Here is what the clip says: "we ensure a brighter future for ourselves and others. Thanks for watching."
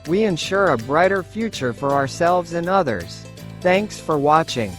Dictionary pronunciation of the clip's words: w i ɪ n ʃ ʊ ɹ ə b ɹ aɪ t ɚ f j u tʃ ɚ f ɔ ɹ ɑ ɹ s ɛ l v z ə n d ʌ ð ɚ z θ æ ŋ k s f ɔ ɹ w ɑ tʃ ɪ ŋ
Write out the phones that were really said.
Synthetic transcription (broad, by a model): w i ɪ n ʃ ʊ ɹ ə b ɹ aɪ t ɚ f j u tʃ ɚ f ɔ ɹ ɑ ɹ s ɛ l v z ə n ʌ ð ɚ z θ æ ŋ k s f ɔ ɹ w ɑ tʃ ɪ ŋ